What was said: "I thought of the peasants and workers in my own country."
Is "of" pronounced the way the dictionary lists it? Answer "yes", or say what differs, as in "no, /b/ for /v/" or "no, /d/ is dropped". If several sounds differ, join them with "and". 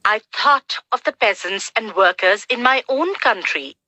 yes